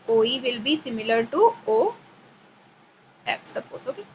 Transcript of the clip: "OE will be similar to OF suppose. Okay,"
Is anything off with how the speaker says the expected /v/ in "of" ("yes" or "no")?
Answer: yes